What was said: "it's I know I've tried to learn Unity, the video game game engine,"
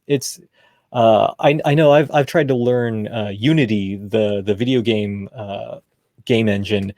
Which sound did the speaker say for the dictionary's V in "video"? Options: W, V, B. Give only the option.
V